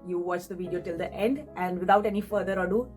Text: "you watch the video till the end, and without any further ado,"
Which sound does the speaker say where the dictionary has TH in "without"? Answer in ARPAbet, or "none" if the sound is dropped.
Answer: T